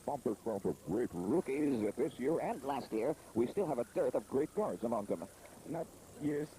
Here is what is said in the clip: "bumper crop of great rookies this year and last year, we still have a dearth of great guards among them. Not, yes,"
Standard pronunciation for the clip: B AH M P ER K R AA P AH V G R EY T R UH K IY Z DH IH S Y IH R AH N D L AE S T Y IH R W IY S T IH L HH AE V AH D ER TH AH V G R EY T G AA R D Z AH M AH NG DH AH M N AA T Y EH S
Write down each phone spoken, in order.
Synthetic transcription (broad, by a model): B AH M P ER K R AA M AH V G R EY T R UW K IY Z DH IH S Y IH R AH N L AE S T Y IH R W IY S T IH L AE V AH D ER TH AH V G R EY T G AA R D Z AH M AH NG DH AH M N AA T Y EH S